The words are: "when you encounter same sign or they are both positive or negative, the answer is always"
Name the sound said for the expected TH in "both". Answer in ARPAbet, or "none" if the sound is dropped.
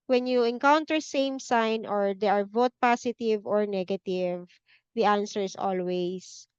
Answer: T